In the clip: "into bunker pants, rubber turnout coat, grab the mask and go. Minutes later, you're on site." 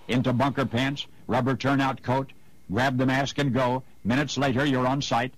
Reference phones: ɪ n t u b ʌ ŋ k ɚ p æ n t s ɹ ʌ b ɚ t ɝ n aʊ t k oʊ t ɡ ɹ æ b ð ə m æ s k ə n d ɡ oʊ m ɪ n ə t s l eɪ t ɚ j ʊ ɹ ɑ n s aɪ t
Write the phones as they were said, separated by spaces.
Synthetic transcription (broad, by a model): ɪ n t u b ʌ ŋ k ɚ p æ n t s ɹ ʌ b ɚ t ɝ n aʊ t k oʊ t ɡ ɹ æ b ð ə m æ s k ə n ɡ oʊ m ɪ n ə t s l eɪ t ɚ j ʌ ɹ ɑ n s aɪ t